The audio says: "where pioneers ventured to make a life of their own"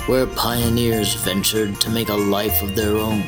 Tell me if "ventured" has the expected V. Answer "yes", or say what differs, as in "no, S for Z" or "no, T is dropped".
yes